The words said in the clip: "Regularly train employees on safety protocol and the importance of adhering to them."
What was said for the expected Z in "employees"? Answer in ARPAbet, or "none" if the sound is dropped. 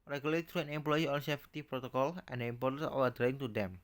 none